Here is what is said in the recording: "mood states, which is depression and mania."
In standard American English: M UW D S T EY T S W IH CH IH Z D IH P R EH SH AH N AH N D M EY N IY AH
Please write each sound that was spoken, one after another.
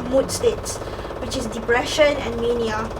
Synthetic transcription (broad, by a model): M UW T S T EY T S W IH CH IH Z D IH P R EH SH AH N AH N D M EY N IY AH